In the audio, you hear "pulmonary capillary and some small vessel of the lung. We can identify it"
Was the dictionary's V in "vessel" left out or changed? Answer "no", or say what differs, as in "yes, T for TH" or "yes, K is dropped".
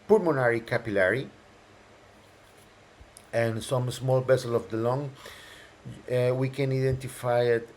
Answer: yes, B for V